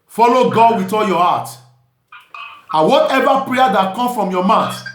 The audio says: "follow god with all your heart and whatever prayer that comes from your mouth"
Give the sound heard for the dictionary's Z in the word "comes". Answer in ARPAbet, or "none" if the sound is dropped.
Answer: none